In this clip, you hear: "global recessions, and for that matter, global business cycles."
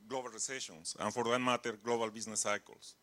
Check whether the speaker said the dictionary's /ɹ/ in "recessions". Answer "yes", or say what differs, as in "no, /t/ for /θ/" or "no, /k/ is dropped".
no, /l/ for /ɹ/